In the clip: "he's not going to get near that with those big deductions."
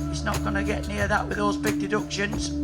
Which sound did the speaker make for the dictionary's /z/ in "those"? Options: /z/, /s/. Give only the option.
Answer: /z/